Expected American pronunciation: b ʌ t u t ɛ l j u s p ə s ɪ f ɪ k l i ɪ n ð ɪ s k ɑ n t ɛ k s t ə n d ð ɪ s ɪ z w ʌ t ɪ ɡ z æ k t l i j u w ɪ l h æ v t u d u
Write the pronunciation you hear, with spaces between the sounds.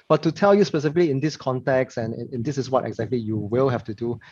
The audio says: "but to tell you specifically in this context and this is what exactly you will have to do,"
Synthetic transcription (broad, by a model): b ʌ t u t ɛ l j u s p ə s ɪ f ɪ k l i ɪ n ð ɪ s k ɑ n t ɛ k s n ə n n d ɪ s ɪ s w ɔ t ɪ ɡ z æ k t l i j u w ɪ l h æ f t u d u